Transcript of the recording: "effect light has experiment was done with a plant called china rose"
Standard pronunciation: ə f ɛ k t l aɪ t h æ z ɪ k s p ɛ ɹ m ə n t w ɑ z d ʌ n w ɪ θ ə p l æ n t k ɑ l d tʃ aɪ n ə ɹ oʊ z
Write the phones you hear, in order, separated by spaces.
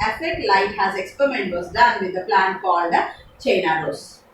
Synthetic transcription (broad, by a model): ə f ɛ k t l aɪ t h æ z ɪ k s p ɛ ɹ m ə n t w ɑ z d ʌ n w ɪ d ə p l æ n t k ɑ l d tʃ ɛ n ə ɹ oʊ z